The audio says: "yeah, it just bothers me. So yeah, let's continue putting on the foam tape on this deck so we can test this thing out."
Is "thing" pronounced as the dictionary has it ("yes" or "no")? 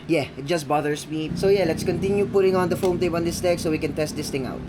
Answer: no